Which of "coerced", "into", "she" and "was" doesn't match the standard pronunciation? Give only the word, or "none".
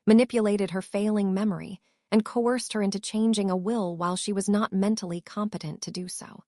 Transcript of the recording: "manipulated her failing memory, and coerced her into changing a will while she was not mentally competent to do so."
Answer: none